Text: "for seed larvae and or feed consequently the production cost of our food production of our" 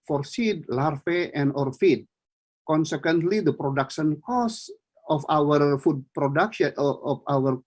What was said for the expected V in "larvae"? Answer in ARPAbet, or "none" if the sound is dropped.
F